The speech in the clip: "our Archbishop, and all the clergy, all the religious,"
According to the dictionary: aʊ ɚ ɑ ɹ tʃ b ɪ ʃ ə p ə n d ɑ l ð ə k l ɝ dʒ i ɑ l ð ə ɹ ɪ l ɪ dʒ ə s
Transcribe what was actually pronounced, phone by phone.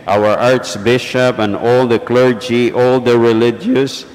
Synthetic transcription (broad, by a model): aʊ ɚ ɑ ɹ s b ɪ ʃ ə p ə n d ɑ l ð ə k l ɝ dʒ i ɑ l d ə ɹ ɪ l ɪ dʒ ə s